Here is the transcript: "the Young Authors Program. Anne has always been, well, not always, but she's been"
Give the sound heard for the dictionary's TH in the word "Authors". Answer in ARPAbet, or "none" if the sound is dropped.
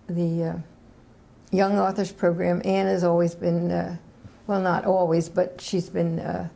TH